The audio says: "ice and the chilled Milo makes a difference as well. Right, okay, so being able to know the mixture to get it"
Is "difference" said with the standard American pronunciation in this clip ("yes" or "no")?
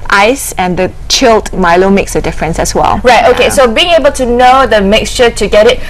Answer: yes